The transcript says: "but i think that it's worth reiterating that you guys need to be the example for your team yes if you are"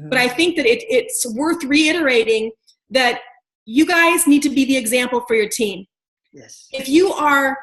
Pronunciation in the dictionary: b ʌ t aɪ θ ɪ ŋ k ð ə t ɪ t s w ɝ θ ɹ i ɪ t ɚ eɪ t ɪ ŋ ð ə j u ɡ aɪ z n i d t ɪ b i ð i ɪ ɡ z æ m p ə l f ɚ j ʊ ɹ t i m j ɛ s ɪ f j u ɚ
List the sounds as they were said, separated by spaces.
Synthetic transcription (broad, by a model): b ʌ t aɪ θ ɪ ŋ k ð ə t ɪ t s w ɝ θ ɹ i ɪ t ɚ eɪ t ɪ ŋ ð ə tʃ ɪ ɡ aɪ z n i d t ɪ b i ð i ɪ ɡ z æ m p l f ɚ j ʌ ɹ t i m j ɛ ɪ f j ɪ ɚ